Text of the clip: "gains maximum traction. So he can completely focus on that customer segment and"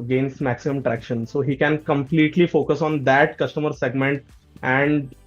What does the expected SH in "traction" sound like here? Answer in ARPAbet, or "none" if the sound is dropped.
SH